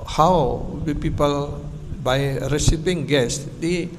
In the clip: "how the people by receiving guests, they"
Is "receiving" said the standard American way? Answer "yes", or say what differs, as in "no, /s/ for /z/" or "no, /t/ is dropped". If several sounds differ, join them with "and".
no, /p/ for /v/